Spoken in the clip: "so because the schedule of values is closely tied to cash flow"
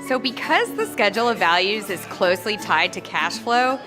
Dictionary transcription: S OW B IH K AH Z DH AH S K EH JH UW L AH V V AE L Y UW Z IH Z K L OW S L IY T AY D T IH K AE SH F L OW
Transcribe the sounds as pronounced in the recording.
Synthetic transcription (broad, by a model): S OW B IH K AH Z DH AH S K EH JH L AH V V AE L Y UW Z IH Z K L OW S L IY T AY D T IH K AE SH F L OW